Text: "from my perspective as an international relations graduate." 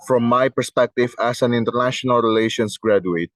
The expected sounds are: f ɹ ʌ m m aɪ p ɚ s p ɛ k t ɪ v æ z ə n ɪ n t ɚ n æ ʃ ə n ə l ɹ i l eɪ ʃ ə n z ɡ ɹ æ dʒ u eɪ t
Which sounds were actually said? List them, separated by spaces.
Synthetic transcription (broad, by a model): f ɹ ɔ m m aɪ p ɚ s p ɛ k t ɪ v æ s ə n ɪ n t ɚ n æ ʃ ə n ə l ɹ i l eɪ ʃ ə n s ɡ ɹ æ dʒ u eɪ t